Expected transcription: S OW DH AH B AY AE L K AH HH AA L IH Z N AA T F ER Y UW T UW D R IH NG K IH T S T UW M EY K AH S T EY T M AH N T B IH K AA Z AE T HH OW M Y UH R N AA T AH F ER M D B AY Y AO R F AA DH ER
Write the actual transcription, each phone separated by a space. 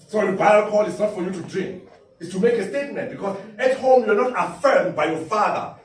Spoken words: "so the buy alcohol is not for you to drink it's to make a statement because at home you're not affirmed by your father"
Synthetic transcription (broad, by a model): S OW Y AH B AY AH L K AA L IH S N AA T F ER Y UW T UW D R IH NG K IH T S T UW M EY K AH S T EY T M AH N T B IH K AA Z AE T HH OW M Y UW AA N AA T AH F ER M D B AY Y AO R F AA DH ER